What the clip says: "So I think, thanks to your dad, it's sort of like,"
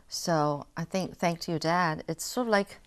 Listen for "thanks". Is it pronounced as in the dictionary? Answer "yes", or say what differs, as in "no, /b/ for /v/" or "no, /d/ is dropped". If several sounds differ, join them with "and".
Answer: no, /s/ is dropped